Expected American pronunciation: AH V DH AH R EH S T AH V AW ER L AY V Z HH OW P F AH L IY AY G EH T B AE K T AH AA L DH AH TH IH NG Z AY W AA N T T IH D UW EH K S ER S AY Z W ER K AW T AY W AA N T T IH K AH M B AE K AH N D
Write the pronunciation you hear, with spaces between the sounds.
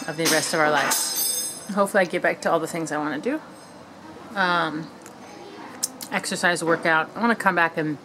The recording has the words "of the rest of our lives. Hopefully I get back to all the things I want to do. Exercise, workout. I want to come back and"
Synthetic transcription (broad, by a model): AH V DH AH R EH S T AH V AW ER L AY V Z HH OW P F L IY AY G EH T B AE K T AH AA L DH AH TH IH NG Z AY W AA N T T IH D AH EH K S ER S AY Z W ER K AW T AY W AA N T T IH K AH M B AE K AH N